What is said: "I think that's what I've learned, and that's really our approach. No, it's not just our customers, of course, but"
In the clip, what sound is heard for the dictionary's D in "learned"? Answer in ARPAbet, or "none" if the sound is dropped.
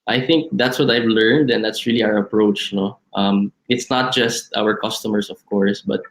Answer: D